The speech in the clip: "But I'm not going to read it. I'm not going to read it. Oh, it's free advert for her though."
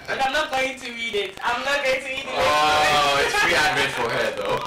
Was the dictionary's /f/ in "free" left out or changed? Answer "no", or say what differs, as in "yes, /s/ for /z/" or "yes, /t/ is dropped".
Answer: yes, /p/ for /f/